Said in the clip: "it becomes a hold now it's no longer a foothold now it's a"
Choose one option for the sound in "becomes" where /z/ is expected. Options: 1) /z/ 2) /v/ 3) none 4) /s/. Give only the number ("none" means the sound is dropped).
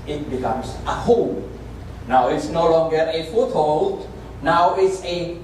4